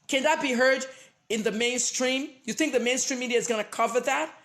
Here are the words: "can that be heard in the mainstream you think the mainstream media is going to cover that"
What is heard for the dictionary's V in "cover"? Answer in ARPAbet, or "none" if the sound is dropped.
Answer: V